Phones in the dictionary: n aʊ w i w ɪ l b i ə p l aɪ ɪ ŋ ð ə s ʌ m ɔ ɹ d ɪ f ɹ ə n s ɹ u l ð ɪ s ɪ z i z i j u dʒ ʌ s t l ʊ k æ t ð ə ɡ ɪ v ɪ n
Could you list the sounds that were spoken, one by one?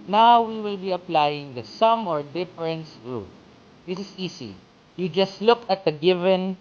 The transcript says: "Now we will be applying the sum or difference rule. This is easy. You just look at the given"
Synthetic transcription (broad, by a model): n aʊ w i w ɪ l b i ə p l aɪ ɪ ŋ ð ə s ʌ m ɔ ɹ d ɪ f ɹ ə n s ɹ u l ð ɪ s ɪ s i s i j u dʒ ʌ s t l ʊ k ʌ t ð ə ɡ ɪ v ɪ n